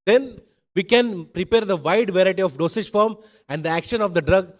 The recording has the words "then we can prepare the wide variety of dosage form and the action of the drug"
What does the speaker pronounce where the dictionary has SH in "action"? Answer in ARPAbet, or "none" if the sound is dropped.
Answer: SH